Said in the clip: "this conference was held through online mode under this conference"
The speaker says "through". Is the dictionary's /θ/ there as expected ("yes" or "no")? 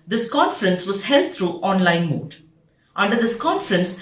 no